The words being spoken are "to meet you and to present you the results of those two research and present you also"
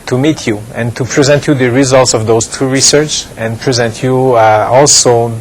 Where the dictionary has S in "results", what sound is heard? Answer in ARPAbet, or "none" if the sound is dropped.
S